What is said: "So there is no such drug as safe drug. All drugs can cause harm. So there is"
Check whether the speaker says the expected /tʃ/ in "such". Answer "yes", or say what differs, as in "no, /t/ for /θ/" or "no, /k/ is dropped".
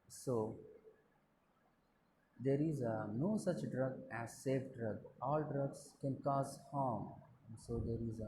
yes